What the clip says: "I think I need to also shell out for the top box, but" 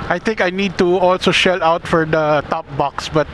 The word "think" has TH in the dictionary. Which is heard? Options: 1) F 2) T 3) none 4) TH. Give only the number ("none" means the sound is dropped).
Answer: 2